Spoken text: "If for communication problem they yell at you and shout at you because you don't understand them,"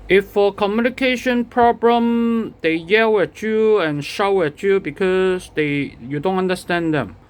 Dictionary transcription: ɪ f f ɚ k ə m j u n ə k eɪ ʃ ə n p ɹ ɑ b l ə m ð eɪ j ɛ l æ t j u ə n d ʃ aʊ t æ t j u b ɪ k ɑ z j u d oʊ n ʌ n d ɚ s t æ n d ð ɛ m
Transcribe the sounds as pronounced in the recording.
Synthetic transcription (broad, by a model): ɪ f f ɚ k ə m j u n ə k eɪ ʃ ə n p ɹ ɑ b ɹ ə m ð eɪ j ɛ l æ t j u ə n ʃ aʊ æ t j u b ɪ k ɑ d j u d oʊ n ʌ n d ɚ s t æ n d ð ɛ m